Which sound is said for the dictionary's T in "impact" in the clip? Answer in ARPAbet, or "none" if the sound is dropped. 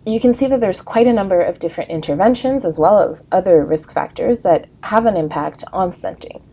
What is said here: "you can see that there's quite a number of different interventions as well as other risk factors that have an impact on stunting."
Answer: T